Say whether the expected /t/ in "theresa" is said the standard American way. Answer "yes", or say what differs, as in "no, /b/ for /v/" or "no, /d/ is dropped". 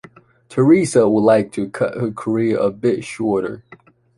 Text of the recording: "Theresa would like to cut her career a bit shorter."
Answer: yes